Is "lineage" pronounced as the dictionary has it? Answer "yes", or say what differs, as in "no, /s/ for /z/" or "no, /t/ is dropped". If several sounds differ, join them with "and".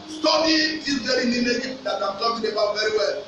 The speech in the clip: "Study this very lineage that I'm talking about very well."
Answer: no, /n/ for /l/